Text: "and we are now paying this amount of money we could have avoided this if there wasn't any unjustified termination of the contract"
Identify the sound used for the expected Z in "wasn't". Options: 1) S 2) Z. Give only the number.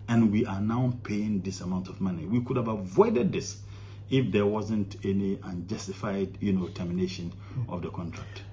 2